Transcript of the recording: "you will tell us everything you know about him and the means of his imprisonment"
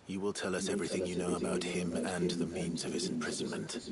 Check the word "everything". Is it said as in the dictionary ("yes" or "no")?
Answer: yes